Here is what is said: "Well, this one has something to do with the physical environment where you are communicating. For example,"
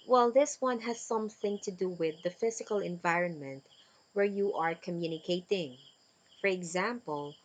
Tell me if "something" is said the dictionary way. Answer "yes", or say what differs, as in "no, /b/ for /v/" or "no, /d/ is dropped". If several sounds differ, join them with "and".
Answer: yes